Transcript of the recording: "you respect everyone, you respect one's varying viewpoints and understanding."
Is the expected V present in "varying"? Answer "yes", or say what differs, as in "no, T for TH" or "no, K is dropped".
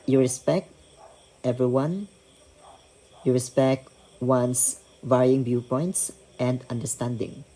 yes